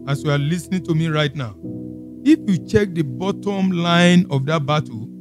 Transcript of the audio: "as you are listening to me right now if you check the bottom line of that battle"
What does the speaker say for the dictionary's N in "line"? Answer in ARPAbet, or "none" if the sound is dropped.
N